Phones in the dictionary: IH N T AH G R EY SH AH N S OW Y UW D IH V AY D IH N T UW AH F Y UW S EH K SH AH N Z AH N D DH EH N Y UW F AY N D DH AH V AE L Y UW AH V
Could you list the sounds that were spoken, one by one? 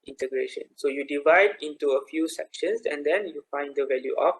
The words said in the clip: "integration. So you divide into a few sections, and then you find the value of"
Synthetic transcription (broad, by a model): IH N T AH G R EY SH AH N S OW Y UW D IH V AY D IH N T UW AH F Y UW S EH K SH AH N S AH N D EH N Y UW F AY N D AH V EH L Y UW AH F